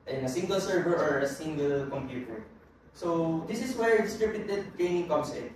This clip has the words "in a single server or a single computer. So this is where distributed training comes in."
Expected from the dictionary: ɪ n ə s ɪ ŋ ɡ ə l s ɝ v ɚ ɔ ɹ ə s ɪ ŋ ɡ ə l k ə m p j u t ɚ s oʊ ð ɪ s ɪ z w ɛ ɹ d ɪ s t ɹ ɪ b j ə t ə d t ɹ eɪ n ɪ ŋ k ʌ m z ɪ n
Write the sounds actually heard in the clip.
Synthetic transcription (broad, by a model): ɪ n ə s ɪ ŋ ɡ ə l s ɝ v ɚ ɔ ɹ ə s ɪ ŋ ɡ ə l k ə m p j u t ɚ s oʊ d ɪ s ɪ s w ɛ ɹ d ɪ s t ɹ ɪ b j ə t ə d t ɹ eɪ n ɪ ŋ k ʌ m s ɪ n